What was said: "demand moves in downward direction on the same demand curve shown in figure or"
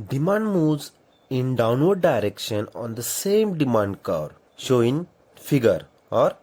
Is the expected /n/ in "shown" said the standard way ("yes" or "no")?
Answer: no